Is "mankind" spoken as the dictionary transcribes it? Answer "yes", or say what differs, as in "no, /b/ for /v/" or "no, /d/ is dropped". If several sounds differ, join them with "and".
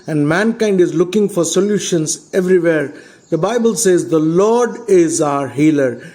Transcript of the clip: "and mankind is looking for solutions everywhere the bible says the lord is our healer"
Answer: yes